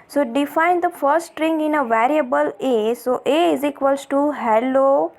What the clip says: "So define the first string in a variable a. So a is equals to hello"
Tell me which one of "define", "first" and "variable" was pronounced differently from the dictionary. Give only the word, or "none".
first